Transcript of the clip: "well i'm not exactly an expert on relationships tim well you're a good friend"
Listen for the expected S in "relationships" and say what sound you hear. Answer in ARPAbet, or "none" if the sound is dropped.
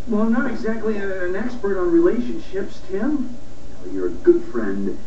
S